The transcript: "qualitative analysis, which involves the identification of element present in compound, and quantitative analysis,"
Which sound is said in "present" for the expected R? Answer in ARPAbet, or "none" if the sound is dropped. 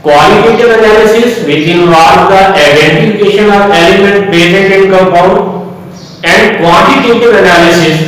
none